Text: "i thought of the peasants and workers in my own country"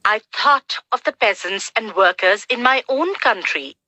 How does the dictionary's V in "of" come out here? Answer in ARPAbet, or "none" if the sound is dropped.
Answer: V